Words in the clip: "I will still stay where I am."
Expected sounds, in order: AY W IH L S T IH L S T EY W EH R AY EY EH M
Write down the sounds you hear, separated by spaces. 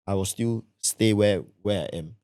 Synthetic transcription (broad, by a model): AY W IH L S T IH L S T EY W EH W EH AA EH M